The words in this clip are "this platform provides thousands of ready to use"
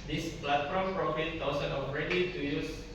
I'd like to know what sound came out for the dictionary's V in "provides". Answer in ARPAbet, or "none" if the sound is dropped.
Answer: F